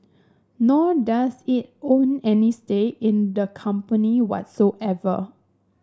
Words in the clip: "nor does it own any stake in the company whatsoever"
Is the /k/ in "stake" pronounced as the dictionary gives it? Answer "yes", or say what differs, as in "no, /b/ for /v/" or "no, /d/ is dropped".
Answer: no, /k/ is dropped